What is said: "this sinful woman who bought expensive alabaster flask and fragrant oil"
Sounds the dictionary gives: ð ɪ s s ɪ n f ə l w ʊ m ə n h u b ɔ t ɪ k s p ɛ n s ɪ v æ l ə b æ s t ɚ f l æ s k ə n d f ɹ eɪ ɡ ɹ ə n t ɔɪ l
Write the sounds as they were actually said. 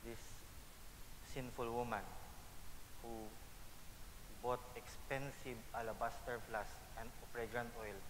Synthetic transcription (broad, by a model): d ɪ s s ɪ n f ə l w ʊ m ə n h u b ɔ t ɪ k s p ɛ n s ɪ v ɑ l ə b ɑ s t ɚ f l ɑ s ə n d p ɹ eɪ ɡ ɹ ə n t ɔɪ l